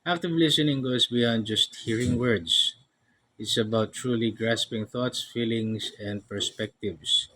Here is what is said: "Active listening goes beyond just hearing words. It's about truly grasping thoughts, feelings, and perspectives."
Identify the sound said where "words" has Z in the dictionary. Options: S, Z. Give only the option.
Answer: S